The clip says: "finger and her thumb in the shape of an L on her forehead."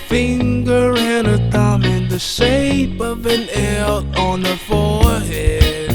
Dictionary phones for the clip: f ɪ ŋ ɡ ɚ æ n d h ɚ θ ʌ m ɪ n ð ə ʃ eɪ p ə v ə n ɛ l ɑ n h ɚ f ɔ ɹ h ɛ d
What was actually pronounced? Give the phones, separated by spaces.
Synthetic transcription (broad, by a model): f ɪ ŋ ɡ ɚ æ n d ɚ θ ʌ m ɪ n ð ə ʃ eɪ p ə v ə n ɛ l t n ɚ f ɔ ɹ h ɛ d